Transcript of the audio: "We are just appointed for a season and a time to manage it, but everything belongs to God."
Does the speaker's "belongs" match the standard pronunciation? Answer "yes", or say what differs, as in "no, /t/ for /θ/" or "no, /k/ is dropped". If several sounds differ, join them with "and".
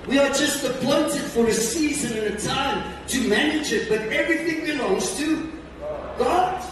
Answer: no, /n/ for /l/